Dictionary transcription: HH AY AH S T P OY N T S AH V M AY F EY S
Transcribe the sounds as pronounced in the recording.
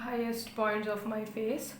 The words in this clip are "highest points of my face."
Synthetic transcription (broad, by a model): HH AY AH S T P OY N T AH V M AY F EY S